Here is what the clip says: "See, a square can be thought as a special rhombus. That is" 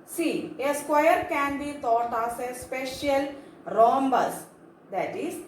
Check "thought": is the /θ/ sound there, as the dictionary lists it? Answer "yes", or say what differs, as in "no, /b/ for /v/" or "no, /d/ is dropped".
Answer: no, /t/ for /θ/